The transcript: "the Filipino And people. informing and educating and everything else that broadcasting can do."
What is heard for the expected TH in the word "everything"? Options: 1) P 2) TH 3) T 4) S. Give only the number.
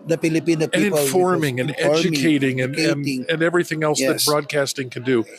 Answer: 2